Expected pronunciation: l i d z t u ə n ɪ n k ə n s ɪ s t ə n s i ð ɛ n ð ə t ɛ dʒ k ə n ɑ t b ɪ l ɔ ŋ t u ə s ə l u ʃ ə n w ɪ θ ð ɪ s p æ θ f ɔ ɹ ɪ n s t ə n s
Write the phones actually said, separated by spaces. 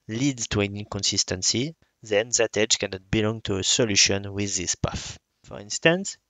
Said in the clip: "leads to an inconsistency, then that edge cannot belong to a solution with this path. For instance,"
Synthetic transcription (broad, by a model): l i d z t u ə n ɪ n k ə n s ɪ s t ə n s i ð ɛ n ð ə t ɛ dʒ k ə n ɑ t b ɪ l ɔ ŋ t u ə s ə l u ʃ ə n w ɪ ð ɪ s p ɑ f f ɔ ɹ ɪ n s t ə n s